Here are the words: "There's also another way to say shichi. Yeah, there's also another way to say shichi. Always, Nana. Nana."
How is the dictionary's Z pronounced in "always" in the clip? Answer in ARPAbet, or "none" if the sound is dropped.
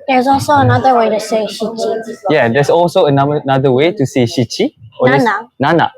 none